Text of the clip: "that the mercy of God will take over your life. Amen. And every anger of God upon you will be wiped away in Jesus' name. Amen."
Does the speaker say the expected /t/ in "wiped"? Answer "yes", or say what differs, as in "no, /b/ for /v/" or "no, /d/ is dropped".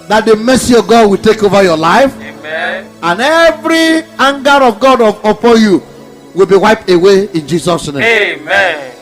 yes